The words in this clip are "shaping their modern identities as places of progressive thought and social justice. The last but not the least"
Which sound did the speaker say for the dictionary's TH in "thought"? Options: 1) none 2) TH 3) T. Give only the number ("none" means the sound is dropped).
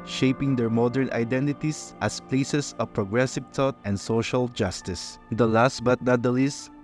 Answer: 3